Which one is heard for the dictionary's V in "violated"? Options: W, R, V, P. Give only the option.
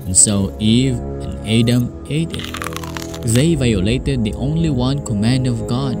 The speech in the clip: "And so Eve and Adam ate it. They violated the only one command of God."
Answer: V